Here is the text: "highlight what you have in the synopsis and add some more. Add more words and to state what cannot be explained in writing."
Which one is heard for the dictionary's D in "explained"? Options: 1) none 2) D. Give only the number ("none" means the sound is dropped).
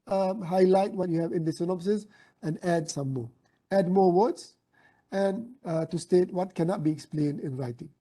2